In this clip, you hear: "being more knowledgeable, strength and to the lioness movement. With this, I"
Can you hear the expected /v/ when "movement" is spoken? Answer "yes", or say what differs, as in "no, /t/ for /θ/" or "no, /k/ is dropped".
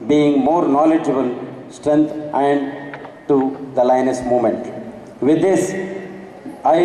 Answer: no, /v/ is dropped